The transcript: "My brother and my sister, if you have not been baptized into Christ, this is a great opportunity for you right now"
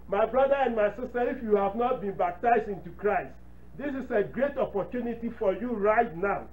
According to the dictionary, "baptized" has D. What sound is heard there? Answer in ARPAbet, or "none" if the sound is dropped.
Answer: D